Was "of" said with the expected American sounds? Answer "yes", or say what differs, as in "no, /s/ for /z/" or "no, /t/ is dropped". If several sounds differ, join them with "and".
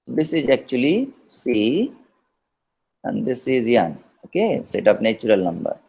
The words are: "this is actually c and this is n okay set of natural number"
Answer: no, /p/ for /v/